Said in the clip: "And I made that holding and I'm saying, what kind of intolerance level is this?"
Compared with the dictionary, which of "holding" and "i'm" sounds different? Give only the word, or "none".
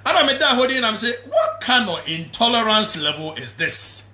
holding